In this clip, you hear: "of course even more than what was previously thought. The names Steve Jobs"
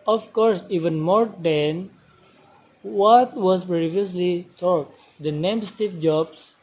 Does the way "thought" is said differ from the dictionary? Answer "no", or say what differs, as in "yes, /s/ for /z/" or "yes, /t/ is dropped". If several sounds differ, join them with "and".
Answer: yes, /t/ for /θ/